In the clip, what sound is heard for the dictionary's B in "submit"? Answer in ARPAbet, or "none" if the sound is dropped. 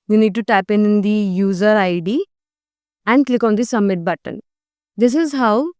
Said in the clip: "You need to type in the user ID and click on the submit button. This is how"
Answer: none